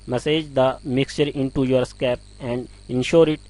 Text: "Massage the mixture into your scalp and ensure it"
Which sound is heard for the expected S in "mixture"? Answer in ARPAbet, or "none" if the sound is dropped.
S